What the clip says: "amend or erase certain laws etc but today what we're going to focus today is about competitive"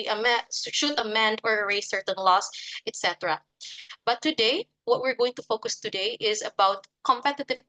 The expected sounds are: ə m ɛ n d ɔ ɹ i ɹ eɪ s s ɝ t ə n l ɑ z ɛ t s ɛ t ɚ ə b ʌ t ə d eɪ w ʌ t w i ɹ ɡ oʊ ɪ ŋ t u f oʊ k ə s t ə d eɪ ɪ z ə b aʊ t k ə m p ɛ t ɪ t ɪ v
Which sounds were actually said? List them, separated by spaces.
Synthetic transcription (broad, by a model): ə m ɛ n d ɔ ɹ ɹ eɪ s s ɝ t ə n l ɑ s ɛ t s ɛ t ɚ ə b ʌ t ə d eɪ w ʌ t w i ɹ ɡ oʊ ɪ ŋ t u f oʊ k ə s t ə d eɪ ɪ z ə b aʊ t k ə m p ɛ t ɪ t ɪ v